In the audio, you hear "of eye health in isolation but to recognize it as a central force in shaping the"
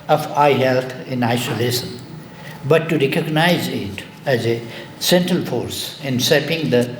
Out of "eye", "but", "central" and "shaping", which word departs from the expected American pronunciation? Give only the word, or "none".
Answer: shaping